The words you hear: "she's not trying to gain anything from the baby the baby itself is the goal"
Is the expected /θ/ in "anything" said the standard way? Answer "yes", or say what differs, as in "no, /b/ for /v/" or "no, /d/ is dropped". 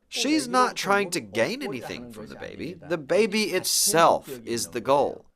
yes